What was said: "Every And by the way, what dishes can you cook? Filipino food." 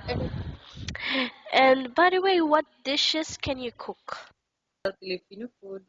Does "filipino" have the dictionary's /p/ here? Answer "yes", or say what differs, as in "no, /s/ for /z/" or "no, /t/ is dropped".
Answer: no, /f/ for /p/